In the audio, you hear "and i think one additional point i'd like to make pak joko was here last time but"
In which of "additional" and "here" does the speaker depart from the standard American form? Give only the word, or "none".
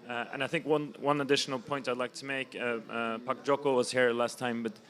none